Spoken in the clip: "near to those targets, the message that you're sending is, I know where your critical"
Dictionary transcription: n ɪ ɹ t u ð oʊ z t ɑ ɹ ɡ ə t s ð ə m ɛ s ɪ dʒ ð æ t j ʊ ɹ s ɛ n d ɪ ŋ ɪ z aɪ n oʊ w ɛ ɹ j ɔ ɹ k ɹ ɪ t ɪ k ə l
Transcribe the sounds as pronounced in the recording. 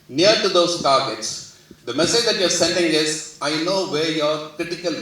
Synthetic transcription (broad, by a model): n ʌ ɹ t u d oʊ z t ɑ ɹ ɡ ə t s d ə m ɛ s ɪ dʒ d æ t j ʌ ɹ s ɛ n d ɪ ŋ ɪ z aɪ n oʊ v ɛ ɹ j ɔ ɹ k ɹ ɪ t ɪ k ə l